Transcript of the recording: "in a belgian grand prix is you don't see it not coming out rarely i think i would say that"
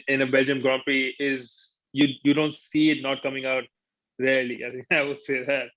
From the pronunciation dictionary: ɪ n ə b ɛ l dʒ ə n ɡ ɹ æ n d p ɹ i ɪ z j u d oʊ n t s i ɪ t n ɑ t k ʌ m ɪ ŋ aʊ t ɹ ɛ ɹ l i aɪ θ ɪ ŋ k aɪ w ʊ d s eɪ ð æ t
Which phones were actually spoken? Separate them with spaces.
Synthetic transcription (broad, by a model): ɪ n ə b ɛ l dʒ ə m ɡ ɹ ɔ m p i ɪ z j u d oʊ n t s i ɪ t n ɑ t k ʌ m ɪ ŋ aʊ t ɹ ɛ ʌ l i aɪ t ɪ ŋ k aɪ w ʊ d s eɪ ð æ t